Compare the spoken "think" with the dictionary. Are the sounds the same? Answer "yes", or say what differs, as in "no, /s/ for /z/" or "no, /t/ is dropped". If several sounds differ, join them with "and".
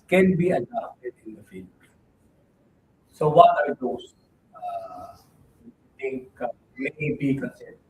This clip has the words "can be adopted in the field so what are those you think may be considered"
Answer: no, /t/ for /θ/